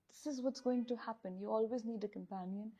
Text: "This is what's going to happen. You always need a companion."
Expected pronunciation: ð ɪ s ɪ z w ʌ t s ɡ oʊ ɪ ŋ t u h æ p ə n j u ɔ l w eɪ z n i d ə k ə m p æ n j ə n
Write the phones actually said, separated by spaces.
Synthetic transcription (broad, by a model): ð ɪ s ɪ z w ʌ t s ɡ oʊ ɪ ŋ t u h æ p ə n j u ɔ l w eɪ z n i d ə k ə m p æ n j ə n